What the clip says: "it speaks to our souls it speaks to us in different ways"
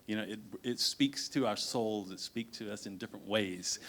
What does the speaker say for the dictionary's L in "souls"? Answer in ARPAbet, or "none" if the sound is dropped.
L